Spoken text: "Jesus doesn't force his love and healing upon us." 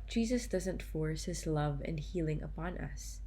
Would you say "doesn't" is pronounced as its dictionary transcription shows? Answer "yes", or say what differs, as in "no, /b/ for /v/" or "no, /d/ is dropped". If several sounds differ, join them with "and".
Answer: yes